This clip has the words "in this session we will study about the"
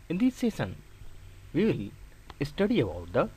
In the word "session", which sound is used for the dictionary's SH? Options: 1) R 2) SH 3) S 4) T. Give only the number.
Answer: 3